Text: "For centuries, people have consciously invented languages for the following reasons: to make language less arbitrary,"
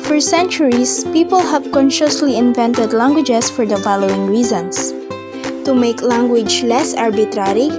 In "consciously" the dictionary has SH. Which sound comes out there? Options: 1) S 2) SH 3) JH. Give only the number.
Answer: 2